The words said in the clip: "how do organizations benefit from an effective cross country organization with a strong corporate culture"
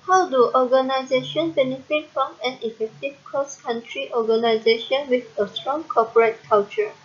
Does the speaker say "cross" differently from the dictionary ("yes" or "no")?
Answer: yes